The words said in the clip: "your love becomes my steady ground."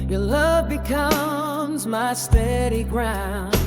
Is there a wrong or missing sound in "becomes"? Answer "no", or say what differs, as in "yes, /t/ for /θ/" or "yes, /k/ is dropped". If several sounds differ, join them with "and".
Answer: no